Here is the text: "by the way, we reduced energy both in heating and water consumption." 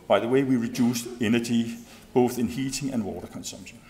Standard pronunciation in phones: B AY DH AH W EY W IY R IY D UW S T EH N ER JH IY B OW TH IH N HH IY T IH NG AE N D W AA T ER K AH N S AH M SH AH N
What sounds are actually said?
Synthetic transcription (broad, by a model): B AY DH AH W EY W IY R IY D UW S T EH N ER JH IY B OW TH IH N HH IY T IH NG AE N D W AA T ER K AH N S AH M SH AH N